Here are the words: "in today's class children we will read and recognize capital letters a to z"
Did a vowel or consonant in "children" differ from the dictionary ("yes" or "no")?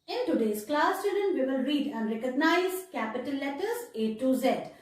yes